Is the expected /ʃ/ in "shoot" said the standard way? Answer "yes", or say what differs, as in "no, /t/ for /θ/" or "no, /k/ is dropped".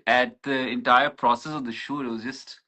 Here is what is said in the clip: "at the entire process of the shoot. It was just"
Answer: yes